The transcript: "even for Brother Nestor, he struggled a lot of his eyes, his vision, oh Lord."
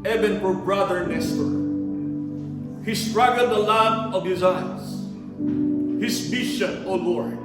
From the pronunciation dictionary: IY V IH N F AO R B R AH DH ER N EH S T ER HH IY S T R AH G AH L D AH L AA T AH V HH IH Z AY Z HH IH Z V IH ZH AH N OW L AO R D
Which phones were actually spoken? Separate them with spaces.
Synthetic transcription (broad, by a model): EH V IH N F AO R B R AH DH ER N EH S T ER HH IY S T R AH G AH L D AH L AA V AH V HH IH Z AY S HH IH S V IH SH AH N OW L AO R